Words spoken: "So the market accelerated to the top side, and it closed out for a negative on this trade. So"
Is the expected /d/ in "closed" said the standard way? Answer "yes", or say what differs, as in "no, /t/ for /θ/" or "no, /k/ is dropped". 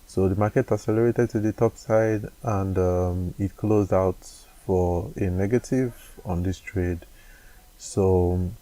yes